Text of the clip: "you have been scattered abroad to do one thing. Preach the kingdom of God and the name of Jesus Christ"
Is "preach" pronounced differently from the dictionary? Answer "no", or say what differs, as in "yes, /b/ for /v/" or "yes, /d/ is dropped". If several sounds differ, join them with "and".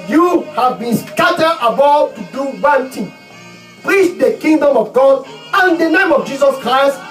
no